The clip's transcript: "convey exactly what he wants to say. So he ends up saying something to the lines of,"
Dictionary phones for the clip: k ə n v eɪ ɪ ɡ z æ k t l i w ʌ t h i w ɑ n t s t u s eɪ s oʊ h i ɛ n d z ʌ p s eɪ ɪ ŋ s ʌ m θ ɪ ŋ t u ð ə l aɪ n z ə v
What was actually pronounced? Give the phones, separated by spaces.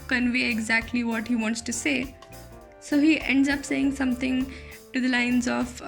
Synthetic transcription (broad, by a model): k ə n v eɪ ɪ ɡ z æ k t l i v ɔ t h i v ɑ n t s t u s eɪ s oʊ h i ɛ n d z ʌ p s eɪ ɪ ŋ s ʌ m t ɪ ŋ t u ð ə l aɪ n z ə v